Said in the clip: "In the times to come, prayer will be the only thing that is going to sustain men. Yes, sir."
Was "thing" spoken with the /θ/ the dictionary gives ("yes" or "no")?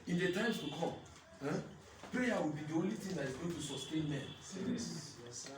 no